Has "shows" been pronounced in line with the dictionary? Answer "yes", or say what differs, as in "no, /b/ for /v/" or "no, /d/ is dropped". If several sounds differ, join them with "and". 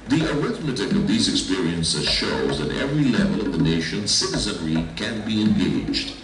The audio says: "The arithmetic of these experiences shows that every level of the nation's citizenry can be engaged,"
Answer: yes